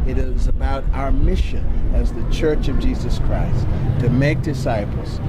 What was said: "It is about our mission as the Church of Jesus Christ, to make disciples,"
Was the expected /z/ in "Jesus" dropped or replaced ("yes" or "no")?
no